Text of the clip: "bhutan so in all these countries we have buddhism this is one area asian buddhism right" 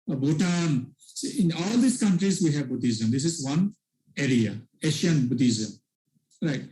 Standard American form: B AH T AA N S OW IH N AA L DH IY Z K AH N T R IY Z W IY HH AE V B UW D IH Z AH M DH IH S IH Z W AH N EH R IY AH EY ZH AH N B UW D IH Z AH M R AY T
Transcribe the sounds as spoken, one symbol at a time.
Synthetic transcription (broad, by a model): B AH T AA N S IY IH N AA L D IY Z K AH N T R IY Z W IY HH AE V B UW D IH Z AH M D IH S IH Z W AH N EH R IY AH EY SH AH N B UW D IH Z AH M R AY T